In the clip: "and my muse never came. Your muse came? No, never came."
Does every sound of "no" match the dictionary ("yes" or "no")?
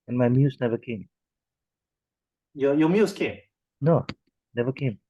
yes